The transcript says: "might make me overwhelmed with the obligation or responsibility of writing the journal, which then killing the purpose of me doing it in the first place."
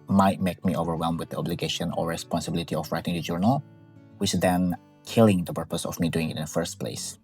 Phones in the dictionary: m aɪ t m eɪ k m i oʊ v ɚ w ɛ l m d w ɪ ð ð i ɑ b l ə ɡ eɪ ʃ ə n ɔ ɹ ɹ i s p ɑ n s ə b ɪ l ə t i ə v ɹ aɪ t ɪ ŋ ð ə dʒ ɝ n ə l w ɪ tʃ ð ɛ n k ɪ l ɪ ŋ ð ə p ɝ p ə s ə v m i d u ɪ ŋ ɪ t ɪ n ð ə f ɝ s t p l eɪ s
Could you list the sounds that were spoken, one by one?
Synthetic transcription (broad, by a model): m aɪ t m eɪ k m i oʊ v ɚ w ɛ l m w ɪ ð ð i ɑ b l ə ɡ eɪ ʃ ə n ɔ ɹ ɹ i s p ɑ n s ə b ɪ l ə t i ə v ɹ aɪ t ɪ ŋ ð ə dʒ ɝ n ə l w ɪ tʃ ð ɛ n k ɪ l ɪ ŋ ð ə p ɝ p ə s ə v m i d u ɪ ŋ ɪ t ɪ n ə f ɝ s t p l eɪ s